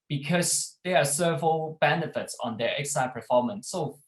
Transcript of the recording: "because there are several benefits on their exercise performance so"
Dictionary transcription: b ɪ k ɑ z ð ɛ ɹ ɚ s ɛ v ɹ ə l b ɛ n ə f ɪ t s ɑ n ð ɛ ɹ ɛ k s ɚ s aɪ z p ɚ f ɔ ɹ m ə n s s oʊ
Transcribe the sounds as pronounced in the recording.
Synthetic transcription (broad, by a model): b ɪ k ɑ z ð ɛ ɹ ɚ s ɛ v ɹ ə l b ɛ n ə f ɪ t s ɑ n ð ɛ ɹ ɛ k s s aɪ p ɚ f ɔ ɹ m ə n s s oʊ